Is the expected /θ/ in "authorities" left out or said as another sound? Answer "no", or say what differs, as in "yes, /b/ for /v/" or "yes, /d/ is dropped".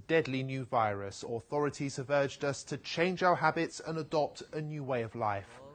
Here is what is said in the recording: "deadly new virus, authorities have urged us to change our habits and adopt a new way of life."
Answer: no